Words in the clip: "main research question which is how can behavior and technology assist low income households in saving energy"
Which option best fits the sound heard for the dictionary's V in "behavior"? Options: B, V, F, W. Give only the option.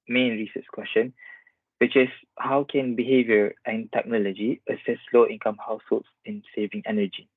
V